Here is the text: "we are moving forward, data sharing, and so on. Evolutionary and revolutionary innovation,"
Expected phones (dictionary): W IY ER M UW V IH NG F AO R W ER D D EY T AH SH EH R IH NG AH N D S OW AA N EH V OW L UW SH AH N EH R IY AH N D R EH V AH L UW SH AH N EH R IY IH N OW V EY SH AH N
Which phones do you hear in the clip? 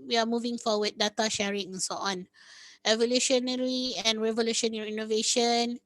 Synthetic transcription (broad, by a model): W IY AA M UW V IH NG F AO W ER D D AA T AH SH EH R IH NG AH N S OW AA N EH V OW L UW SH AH N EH R IY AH N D R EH V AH L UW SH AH N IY IY N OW V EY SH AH N